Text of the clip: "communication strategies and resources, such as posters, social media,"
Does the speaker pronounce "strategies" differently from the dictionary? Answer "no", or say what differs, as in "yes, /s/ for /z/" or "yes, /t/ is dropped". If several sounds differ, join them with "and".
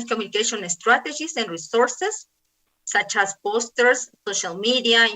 yes, /s/ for /z/